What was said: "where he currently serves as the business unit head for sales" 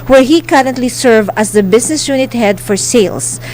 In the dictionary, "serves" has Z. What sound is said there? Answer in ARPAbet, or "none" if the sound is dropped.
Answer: none